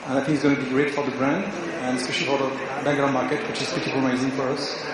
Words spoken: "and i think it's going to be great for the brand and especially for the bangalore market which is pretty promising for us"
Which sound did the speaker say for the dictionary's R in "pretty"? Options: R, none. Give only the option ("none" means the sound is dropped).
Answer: none